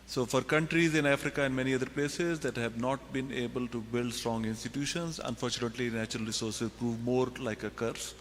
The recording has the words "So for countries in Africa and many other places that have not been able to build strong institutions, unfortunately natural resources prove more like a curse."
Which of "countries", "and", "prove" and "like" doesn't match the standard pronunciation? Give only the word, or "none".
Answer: none